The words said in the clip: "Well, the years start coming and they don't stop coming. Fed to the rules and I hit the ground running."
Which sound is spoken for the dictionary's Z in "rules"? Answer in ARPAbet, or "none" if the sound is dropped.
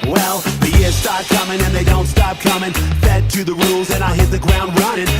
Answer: Z